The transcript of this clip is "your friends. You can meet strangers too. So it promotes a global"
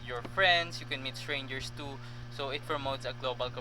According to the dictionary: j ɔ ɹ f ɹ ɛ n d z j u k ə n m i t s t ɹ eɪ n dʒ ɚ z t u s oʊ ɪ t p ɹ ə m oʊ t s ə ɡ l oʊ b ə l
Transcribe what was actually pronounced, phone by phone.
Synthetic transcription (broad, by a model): j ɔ ɹ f ɹ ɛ n d s j u k ə n m i t s t ɹ eɪ n dʒ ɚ s t u s oʊ ɪ t p ɹ ə m oʊ t s ə ɡ l oʊ b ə l